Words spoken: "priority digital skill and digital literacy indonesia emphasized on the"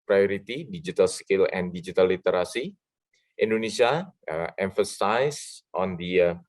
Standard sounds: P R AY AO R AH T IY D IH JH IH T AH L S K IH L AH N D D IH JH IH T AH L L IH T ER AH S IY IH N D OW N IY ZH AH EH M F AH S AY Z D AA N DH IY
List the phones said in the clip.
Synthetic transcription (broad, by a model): P R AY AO R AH T IY D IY JH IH T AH L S K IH L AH N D D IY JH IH T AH L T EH T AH S IY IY N D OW N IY S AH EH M F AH S AY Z AA N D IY